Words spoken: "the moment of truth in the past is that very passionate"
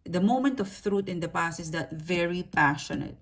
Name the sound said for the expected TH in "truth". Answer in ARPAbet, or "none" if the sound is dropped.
T